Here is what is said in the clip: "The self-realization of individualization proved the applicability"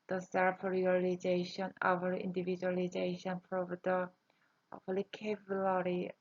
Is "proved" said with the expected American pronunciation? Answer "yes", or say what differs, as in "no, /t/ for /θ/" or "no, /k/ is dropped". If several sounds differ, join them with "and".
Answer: no, /f/ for /p/